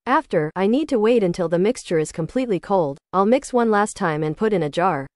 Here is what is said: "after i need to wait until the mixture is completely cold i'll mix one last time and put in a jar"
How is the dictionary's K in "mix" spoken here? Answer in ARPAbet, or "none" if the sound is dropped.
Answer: K